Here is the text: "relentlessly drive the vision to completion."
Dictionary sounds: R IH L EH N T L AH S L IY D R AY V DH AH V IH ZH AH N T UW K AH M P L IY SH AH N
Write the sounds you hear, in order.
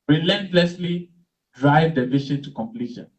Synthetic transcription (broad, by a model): R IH L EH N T L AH S L IY D R AY V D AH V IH SH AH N T UW K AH M P L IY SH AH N